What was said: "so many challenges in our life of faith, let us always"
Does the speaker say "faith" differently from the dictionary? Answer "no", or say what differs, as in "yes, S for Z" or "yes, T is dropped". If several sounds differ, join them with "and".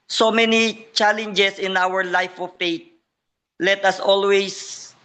yes, T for TH